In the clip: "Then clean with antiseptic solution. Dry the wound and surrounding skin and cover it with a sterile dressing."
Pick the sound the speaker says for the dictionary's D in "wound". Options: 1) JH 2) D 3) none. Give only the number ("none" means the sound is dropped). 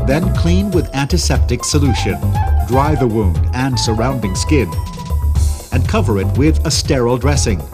2